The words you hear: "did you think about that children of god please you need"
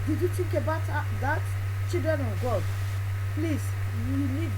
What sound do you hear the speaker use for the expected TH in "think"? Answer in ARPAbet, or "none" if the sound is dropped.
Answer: T